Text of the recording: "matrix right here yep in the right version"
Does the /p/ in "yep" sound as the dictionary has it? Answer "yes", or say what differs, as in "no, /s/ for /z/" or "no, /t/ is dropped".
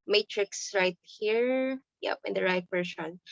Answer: yes